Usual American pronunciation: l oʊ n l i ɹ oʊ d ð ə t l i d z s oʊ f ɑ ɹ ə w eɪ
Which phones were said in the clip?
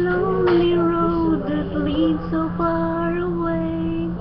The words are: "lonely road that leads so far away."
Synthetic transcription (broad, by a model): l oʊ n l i ɹ oʊ d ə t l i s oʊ p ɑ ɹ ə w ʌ